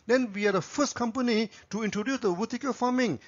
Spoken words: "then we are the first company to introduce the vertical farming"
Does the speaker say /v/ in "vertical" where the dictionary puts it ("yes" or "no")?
no